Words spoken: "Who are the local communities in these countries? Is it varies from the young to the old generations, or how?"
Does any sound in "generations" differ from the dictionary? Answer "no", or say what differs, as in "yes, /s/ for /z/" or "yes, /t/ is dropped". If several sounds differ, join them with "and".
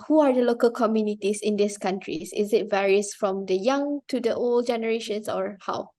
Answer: yes, /s/ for /z/